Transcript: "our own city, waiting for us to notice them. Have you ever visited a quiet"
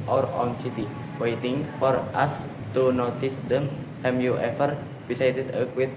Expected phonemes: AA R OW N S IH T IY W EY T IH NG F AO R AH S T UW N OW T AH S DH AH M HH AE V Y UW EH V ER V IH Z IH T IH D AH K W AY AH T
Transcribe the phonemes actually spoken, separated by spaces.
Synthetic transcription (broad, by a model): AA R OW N S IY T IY W EY T IH NG F AO R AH S T UW N OW T AH S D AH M HH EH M Y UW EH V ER P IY S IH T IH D AH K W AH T